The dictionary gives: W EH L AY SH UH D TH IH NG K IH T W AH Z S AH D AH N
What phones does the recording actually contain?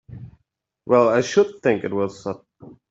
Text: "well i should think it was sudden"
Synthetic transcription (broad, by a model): W EH L AY SH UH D TH IH NG K IH T W AH Z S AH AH